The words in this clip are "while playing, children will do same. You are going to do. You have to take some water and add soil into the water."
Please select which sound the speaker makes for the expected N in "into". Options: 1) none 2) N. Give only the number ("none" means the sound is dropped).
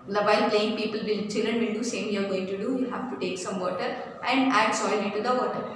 1